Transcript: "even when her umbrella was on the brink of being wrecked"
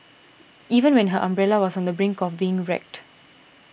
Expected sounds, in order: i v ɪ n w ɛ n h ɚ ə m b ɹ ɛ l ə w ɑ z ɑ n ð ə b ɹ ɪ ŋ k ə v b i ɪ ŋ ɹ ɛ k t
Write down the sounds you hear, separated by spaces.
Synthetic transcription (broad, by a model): i v ɪ n w ɛ n h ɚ ə m b ɹ ɛ l ə w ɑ s ɑ n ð ə b ɹ ɪ ŋ k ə f b i ɪ ŋ ɹ ɛ k t